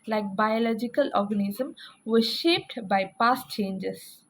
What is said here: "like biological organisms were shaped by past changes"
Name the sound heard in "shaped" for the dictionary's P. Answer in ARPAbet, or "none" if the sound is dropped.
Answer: P